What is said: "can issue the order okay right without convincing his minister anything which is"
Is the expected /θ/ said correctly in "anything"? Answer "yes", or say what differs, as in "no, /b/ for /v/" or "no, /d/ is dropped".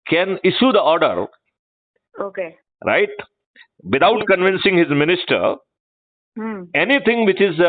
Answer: no, /t/ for /θ/